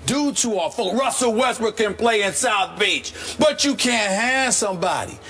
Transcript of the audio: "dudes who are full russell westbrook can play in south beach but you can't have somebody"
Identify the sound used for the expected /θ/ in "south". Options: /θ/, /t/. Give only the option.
/θ/